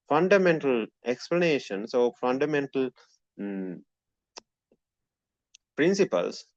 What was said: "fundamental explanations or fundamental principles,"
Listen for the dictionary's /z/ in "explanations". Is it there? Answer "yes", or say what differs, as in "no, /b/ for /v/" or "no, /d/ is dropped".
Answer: no, /s/ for /z/